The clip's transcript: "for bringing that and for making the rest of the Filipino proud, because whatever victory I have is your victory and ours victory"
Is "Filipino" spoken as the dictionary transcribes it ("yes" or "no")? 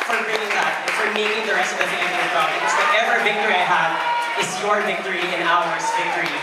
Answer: no